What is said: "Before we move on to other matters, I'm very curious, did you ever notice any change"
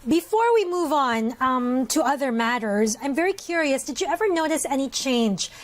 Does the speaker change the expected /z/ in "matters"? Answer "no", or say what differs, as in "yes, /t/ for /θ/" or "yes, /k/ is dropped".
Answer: no